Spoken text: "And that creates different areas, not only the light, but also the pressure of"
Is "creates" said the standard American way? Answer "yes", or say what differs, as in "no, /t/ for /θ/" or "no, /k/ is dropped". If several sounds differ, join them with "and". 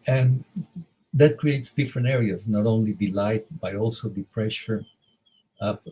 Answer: yes